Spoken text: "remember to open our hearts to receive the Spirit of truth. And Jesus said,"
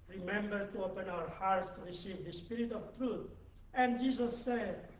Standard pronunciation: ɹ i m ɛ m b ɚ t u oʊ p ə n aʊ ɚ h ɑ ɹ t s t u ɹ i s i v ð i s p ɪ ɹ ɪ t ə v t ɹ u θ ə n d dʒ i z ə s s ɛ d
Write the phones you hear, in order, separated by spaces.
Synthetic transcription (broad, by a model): ɹ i m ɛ m b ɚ t u oʊ p ə n aʊ ɚ h ɑ ɹ t s t u ɹ i s i v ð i s p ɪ ɹ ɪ t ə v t ɹ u t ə n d dʒ i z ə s s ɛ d